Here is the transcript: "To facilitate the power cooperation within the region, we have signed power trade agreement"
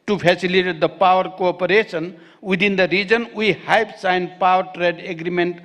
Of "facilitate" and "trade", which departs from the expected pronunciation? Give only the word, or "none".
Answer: facilitate